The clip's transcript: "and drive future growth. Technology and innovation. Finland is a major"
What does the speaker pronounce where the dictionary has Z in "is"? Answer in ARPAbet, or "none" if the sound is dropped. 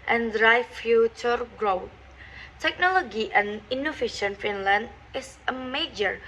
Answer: S